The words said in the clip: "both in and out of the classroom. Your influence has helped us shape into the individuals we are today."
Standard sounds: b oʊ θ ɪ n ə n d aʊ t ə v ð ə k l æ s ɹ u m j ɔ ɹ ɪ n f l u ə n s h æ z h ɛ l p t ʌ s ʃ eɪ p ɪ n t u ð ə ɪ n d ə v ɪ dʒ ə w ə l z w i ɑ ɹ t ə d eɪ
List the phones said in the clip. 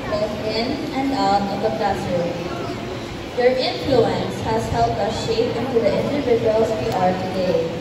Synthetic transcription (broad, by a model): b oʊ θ ɪ n ə n d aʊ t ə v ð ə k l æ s u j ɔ ɹ ɪ n f l u ə n s h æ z h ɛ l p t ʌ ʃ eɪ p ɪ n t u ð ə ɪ n d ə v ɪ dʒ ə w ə l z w i ɑ ɹ t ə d eɪ